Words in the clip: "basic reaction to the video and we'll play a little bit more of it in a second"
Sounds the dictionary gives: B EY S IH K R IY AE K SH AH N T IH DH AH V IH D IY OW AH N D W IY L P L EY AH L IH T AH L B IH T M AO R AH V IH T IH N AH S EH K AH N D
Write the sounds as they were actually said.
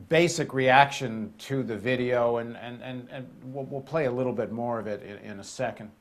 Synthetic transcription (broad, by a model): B EY S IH K R IY AE K SH AH N T IH DH AH V IH D IY OW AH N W W IY L P L EY AH L IH T L B IH T M AO R AH V IH T IH N AH S EH K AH N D